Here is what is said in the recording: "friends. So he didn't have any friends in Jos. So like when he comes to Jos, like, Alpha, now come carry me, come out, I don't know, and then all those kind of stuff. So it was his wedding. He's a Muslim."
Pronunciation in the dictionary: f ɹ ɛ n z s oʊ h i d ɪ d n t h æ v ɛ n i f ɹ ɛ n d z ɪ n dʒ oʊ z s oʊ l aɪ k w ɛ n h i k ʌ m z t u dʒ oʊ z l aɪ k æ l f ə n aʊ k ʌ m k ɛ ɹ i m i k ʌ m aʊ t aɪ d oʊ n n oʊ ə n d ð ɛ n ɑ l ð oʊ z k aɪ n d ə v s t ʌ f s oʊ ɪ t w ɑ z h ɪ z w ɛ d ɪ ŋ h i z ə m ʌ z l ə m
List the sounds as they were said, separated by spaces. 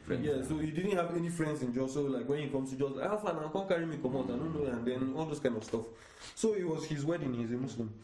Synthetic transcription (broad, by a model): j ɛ s oʊ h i d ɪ d n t h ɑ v ɛ n i f ɹ ɛ n d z ɪ n dʒ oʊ s oʊ l aɪ k w ɛ n h i k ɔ m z t u dʒ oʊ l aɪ ɑ f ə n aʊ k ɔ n k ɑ ɹ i m i k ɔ m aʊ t aɪ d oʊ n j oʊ ə n d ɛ n ɑ l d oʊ s k aɪ n d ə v s t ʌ f s oʊ ɪ t w ɑ z h ɪ z w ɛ d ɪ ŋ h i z ə m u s l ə m